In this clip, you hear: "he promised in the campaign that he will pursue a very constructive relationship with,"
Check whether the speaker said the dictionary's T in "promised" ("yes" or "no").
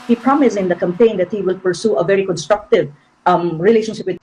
no